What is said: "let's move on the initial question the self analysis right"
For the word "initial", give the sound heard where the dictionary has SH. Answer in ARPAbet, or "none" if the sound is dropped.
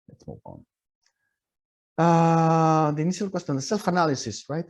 S